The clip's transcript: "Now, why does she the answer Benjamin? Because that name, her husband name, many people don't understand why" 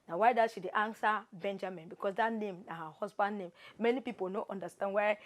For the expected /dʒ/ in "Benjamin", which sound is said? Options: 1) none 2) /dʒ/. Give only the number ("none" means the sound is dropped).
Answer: 2